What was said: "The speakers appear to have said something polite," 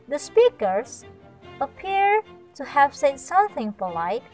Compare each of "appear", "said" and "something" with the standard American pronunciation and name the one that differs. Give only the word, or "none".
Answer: none